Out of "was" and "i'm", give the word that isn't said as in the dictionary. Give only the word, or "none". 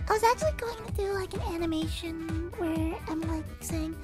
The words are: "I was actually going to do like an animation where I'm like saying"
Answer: none